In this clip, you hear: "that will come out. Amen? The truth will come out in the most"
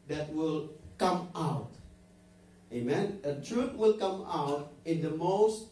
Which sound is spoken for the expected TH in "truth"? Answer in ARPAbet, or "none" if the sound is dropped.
T